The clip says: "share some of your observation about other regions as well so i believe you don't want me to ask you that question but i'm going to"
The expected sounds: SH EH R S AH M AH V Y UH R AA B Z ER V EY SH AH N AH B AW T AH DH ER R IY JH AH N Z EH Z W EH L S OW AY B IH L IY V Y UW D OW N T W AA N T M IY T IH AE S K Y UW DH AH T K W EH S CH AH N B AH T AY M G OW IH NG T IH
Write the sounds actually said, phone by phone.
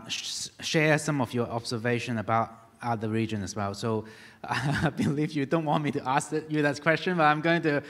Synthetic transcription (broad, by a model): SH EH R S AH M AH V Y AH R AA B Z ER V EY SH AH N AH B AW T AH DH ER R IY JH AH N AH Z W EH L S OW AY B IH L IY V Y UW D OW N T W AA N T M IY T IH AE S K Y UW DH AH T K W EH S CH AH N B AH T AY M G OW IH NG T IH